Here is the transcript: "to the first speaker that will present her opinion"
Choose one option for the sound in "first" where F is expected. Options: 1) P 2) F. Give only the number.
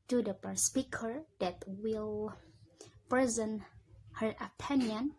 1